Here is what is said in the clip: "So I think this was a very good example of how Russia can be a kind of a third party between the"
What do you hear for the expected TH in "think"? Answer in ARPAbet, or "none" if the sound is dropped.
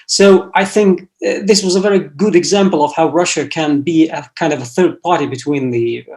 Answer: TH